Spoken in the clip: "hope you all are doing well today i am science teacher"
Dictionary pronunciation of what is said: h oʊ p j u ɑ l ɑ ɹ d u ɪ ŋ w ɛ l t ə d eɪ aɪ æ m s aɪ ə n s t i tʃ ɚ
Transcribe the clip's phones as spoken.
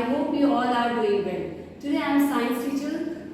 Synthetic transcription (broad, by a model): h oʊ p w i ɑ l ɑ ɹ d u ɪ ŋ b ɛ n t ə d eɪ aɪ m s aɪ ə n s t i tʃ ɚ